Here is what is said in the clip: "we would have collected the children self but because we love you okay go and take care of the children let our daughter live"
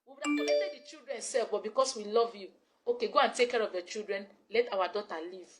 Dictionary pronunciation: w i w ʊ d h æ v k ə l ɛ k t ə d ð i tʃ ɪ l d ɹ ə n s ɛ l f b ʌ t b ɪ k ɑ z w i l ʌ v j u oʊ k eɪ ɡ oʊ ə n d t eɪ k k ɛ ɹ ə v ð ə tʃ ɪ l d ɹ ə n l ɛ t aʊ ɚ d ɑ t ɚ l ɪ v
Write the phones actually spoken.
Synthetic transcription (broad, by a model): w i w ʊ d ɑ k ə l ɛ t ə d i tʃ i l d ɹ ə n s ɛ l f b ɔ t b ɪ k ɑ s w i l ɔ v j u oʊ k eɪ ɡ oʊ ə n t eɪ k k ɛ ɹ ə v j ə tʃ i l d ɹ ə n l ɛ t aʊ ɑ d ɑ t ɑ l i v